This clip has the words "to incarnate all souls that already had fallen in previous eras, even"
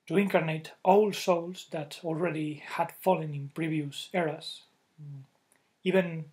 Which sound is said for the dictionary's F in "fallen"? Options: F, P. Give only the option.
F